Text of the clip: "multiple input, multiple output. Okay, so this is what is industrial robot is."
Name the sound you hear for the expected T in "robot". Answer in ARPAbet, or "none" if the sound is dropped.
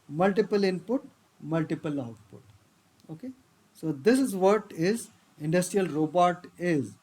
T